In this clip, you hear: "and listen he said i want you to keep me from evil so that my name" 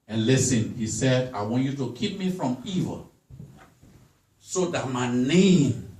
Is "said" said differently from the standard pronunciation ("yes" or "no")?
no